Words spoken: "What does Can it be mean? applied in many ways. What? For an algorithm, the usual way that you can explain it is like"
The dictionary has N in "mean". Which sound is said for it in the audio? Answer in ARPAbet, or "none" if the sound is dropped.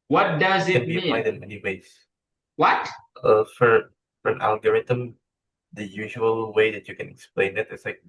none